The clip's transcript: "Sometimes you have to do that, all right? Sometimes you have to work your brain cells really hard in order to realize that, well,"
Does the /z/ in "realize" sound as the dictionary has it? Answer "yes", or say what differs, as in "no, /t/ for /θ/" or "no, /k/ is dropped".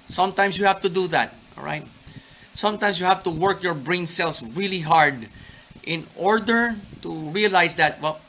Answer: no, /s/ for /z/